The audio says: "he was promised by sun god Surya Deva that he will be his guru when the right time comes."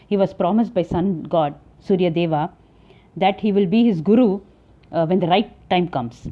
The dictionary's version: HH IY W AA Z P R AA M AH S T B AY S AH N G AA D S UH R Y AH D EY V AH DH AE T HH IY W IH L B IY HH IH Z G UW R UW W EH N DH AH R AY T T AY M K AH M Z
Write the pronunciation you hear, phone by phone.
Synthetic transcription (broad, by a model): HH IY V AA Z P R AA M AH S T B AY S AH N G AA D S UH R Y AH D EY V AH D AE T HH IY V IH L B IY HH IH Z G UW R UW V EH N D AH R AY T T AY M K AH M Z